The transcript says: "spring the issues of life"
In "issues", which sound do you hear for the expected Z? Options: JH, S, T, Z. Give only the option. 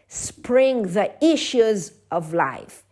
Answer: Z